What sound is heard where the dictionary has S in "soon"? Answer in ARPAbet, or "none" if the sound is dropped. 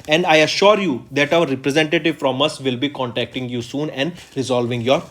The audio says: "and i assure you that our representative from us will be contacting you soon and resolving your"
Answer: S